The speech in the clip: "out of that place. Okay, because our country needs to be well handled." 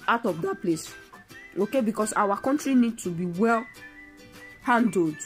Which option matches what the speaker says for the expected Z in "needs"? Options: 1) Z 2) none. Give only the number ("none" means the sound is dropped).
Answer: 2